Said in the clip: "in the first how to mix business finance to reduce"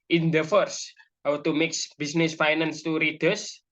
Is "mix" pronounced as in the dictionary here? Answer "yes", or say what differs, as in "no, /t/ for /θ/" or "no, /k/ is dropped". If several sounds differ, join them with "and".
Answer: yes